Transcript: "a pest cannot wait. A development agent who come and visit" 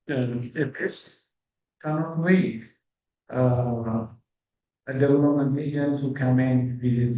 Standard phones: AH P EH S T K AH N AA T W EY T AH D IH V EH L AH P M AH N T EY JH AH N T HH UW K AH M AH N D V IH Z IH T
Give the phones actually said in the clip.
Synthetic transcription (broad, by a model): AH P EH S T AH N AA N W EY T AH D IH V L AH M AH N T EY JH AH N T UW K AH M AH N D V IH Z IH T